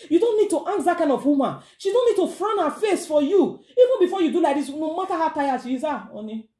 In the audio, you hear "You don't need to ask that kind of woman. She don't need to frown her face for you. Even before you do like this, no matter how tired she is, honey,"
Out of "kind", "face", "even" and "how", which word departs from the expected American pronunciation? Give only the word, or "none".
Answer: none